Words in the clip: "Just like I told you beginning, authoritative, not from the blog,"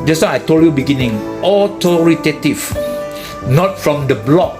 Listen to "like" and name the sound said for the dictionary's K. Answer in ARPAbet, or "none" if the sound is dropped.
none